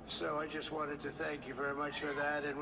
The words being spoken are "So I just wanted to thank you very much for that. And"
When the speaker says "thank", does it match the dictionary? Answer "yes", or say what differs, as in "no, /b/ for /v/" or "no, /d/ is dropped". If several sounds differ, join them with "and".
yes